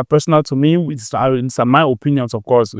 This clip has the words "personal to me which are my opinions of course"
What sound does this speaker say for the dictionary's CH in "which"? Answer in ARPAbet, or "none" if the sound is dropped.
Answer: S